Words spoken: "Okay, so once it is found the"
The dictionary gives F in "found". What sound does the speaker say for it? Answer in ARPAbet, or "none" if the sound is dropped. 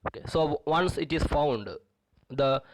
F